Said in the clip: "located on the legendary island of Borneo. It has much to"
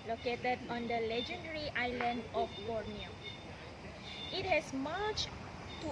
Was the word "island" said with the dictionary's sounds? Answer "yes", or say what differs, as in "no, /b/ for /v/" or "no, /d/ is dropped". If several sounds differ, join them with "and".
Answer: yes